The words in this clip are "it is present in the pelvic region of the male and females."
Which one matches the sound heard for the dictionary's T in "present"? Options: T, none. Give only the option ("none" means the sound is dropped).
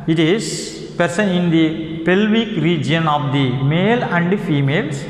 none